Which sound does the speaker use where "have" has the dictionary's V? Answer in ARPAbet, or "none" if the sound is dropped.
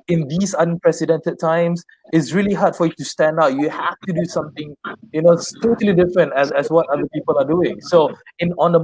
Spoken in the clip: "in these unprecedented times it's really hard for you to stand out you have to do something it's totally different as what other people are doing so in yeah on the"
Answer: F